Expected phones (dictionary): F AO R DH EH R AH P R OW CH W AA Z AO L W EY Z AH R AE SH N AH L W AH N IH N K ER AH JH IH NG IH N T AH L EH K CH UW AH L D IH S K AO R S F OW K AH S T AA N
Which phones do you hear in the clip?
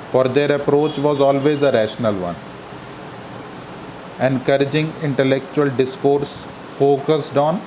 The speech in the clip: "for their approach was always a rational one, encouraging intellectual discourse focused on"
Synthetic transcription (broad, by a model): F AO R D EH R AH P R OW CH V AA Z AO L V EY Z AH R AE SH N AH L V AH N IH N K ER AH JH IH NG IH N T AH L EH K CH UW AH L D IH S K AO R S F OW K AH S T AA N